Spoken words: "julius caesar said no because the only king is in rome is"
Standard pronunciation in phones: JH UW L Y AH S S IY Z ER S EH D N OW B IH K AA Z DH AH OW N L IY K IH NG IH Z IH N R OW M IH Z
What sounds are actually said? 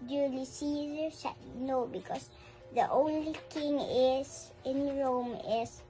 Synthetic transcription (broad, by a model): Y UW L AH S S IY Z ER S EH N OW B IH K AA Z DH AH OW N L IY K IH NG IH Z IH N R OW M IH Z